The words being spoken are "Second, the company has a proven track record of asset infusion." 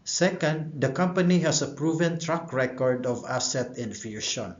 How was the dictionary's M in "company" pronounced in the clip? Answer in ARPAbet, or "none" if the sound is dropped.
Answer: M